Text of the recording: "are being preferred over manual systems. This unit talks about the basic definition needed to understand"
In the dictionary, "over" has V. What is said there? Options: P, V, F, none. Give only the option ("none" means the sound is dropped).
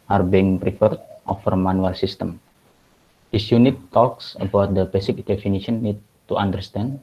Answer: F